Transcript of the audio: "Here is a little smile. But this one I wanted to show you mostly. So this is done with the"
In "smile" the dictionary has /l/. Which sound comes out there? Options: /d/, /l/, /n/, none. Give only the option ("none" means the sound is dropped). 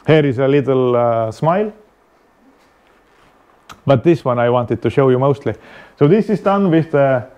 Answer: /l/